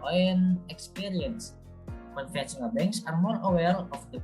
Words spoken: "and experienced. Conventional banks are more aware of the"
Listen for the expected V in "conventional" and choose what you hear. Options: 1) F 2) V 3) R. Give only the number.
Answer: 1